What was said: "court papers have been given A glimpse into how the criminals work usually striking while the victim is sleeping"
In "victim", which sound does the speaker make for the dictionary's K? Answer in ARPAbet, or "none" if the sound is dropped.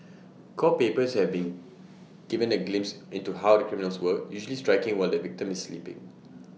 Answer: K